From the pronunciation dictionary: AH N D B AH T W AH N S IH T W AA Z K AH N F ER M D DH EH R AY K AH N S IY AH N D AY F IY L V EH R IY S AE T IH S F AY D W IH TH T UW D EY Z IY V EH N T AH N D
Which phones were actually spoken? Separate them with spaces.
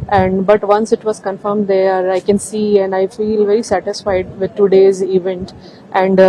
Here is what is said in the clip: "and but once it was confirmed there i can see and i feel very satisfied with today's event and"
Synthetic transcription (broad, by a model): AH N D B AH T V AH N S IH T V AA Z K AH N F ER M D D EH R AY K AH N S IY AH N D AY F IY L V EH R IY S AE T IH S F AY D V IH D T UW D EY Z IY V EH N T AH N D